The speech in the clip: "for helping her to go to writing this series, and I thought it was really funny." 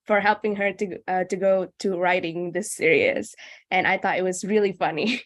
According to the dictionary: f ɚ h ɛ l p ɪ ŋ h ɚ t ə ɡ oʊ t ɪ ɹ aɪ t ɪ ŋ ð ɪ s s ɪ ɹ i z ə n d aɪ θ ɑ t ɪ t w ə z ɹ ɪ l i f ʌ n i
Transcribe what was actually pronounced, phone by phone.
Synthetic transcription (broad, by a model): f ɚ h ɛ l p ɪ ŋ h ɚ t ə ɡ oʊ t ɪ ɹ aɪ t ɪ ŋ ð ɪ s s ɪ ɹ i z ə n aɪ θ ɑ t ɪ t w ə z ɹ ɪ l i f ʌ n i